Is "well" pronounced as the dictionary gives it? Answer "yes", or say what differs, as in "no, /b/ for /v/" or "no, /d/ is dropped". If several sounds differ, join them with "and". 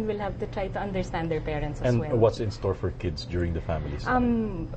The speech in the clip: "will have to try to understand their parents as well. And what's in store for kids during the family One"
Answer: no, /n/ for /l/